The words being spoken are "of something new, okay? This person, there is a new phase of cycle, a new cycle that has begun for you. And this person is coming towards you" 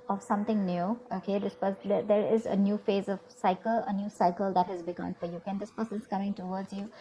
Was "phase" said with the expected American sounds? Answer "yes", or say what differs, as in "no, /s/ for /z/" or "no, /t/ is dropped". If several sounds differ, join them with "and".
yes